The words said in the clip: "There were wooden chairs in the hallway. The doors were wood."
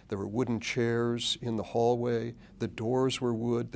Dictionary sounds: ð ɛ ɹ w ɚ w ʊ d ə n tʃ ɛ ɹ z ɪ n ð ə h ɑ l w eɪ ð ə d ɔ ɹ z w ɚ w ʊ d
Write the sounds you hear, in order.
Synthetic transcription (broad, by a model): ð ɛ ɹ w ɚ w ʊ d n tʃ ɛ ɹ z ɪ n ð ə h ɑ l w eɪ ð ə d ɔ ɹ z w ɚ w ʊ d